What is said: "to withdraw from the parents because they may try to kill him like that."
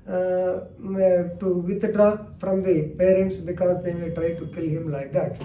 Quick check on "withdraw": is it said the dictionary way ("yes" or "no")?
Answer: no